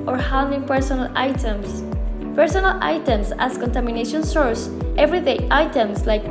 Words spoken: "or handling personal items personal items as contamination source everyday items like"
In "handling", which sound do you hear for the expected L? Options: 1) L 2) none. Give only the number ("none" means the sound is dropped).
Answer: 2